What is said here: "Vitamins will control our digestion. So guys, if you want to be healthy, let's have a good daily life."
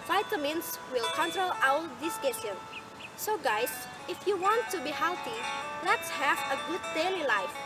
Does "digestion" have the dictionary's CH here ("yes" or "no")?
no